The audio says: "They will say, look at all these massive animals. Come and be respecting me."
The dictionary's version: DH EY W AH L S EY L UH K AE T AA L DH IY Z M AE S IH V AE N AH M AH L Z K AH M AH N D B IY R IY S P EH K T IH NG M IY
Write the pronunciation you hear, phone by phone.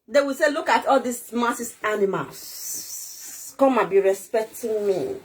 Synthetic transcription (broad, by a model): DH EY W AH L S EY L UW K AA T AA L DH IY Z M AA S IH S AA N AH M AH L S K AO M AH B IY R IY S P EH K T IH NG M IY